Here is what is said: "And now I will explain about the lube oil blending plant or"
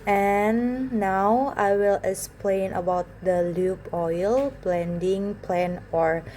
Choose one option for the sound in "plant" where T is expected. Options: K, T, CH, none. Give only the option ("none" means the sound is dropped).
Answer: none